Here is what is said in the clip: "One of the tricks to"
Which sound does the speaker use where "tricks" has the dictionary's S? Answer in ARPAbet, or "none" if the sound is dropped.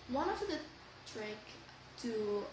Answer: none